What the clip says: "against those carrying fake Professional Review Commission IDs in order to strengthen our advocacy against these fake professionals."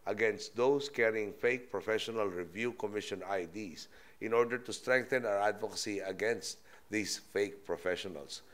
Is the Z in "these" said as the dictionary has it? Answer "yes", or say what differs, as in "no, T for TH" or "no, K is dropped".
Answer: no, S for Z